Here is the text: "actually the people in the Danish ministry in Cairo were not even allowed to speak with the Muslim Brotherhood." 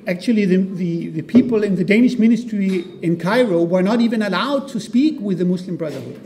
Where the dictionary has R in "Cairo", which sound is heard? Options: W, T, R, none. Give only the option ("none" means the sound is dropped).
R